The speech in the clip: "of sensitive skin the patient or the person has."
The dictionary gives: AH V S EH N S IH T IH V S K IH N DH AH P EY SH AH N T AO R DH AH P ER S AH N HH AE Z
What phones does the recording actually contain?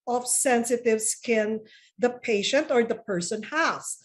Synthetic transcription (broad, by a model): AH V S EH N S IH T IH V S K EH N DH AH P EY SH AH N T AO R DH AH P ER S AH N HH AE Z